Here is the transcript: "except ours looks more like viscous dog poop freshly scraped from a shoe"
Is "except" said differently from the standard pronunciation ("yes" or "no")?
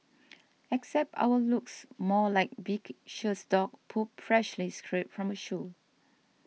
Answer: no